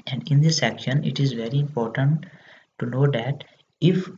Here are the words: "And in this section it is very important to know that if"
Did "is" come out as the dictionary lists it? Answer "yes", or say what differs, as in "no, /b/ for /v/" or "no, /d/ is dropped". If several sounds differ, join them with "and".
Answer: yes